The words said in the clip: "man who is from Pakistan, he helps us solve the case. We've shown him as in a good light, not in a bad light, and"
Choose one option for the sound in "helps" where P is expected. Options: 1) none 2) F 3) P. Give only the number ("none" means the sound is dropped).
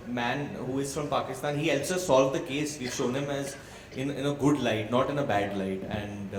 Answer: 1